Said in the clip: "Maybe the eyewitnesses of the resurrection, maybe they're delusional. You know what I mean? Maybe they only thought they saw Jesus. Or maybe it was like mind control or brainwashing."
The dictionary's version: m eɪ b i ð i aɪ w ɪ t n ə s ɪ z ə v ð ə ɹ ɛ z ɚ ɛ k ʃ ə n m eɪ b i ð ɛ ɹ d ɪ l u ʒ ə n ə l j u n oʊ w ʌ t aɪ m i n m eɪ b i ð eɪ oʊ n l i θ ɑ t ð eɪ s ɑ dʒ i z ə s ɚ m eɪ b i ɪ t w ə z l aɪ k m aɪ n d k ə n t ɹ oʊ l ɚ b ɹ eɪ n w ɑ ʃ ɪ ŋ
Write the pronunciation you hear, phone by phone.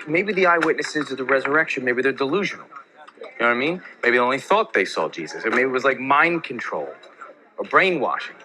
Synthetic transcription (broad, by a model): m eɪ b i ð i aɪ w ɪ t n ə s ɪ z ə ð ə ɹ ɛ z ɚ ɛ k ʃ ə n m eɪ b i ð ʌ ɹ d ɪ l u ʒ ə n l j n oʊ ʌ aɪ m i n m eɪ b i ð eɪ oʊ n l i θ ɑ t ð eɪ s ɑ dʒ i z ə s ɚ m eɪ b i ɪ t w ə z l aɪ k m aɪ n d k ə n t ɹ oʊ l ɚ b ɹ eɪ n w ɑ ʃ ɪ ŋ